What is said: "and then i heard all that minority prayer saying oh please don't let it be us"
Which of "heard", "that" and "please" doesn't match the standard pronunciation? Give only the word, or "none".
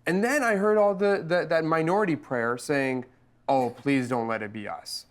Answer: none